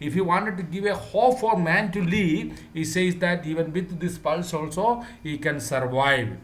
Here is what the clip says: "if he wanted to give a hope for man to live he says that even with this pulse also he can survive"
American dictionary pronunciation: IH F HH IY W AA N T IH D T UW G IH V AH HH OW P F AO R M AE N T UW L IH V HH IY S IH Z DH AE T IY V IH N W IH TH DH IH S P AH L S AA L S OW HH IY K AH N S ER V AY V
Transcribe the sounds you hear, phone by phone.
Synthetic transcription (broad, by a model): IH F HH IY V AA N T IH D T UW G IH V AH HH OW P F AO L M AE N T UW L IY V HH IY S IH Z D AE T IY V IH N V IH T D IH S P AH L S AA L S OW HH IY K AH N S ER V AY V